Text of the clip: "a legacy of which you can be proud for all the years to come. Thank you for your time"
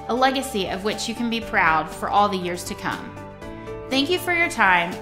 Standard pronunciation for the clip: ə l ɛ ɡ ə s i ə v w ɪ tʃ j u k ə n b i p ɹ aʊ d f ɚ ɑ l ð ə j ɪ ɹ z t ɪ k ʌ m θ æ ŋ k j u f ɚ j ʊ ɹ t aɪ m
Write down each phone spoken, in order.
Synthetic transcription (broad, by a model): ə l ɛ ɡ ə s i ə v w ɪ tʃ j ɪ k ə n b i p ɹ aʊ d f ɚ ɑ l ð ə j ɪ ɹ z t ɪ k ʌ m θ æ ŋ k j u f ɚ j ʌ ɹ t aɪ m